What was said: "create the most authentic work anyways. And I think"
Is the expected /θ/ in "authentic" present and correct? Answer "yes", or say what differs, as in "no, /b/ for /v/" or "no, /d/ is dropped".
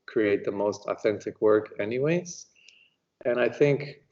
yes